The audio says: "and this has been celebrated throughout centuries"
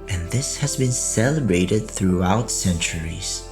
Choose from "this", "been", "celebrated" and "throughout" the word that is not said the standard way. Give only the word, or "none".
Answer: none